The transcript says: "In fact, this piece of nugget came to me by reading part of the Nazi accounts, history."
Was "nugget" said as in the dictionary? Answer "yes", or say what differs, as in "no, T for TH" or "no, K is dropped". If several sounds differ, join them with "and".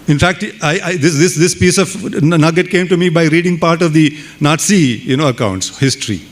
yes